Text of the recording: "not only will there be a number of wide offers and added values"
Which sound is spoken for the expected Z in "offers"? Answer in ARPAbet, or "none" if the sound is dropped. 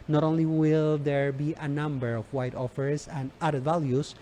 S